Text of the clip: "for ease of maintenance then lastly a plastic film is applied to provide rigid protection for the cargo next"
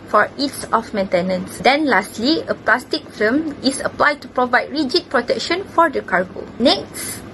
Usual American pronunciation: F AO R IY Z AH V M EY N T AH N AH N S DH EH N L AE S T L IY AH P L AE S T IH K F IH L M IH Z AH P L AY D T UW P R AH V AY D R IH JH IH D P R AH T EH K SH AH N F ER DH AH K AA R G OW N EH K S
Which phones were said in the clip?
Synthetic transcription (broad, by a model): F AO R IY S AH F M EY N T AH N AH N S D EH N L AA S T L IY AH P L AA S T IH K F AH M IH S AH P L AY D T UW P R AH V AY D R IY JH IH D P R AH T EH K SH AH N F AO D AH K AA R G OW N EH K S